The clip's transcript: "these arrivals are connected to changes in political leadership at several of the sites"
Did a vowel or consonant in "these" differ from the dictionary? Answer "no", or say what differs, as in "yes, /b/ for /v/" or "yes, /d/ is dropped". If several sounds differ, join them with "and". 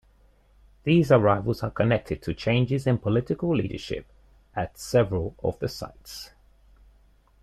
no